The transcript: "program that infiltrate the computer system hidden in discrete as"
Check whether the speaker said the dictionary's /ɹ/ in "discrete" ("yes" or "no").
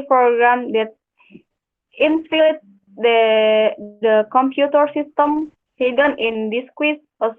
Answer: no